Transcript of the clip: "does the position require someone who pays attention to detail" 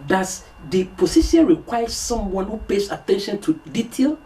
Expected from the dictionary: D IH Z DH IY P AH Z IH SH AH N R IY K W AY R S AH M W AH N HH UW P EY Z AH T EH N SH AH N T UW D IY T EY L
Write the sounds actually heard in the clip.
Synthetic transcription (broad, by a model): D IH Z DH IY P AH S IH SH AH N R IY K W AY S S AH M W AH N HH UW P EY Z AH T EH N SH AH N T UW D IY T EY L